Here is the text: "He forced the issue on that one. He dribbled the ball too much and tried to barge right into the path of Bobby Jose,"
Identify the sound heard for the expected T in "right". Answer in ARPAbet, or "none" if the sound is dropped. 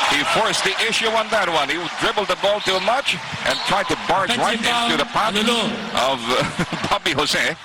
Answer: none